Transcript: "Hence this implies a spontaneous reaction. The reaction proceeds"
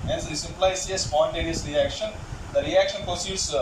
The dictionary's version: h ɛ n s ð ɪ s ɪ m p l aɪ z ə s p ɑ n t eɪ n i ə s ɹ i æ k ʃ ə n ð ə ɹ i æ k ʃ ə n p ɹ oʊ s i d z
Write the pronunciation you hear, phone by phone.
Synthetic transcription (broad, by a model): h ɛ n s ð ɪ s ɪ p l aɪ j ə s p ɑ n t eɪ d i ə s ɹ i æ k ʃ ə n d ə ɹ i æ k ʃ ə n p ɹ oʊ s i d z